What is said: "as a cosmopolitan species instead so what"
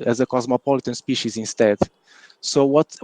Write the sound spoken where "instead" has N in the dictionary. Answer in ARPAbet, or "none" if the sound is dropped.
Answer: N